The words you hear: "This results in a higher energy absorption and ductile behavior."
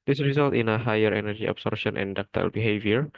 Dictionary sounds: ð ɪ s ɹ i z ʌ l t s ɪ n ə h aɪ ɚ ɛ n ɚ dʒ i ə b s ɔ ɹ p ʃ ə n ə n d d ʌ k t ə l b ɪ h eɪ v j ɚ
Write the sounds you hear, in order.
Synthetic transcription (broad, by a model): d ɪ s ɹ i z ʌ l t ɪ n ə h aɪ ɚ ɛ n ɚ dʒ i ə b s ɔ ɹ ʃ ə n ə n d d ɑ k t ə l b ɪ h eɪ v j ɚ